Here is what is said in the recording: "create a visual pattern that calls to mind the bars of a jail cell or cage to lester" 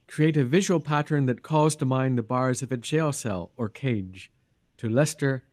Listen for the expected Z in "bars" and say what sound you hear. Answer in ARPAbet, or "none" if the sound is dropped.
Z